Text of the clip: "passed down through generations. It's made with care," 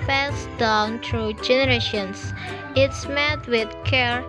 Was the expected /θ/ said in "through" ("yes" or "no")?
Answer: no